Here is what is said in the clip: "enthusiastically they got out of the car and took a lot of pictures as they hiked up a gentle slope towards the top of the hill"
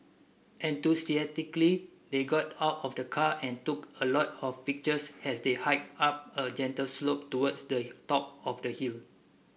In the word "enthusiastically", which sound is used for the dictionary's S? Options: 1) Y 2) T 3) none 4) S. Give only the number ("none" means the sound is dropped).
3